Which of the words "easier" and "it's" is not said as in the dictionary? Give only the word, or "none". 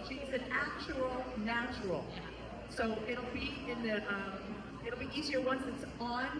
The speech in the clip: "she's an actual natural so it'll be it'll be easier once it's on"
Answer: none